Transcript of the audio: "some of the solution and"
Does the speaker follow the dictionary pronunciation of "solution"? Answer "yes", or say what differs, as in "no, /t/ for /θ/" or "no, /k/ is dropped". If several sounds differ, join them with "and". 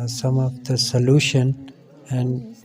yes